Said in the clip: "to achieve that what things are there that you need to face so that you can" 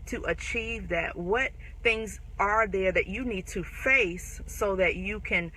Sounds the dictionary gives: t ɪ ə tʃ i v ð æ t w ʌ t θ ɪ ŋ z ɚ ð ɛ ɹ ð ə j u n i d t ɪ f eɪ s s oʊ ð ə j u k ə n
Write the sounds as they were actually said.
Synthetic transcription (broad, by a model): t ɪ ə tʃ i v ð æ t w ʌ t θ ɪ ŋ z ɚ ð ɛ ɹ ð ə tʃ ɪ n i d t ɪ f eɪ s s oʊ ð ə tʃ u k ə n